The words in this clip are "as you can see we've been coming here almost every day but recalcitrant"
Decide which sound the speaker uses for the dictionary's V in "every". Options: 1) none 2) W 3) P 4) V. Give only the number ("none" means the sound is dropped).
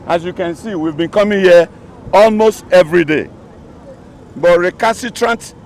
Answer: 4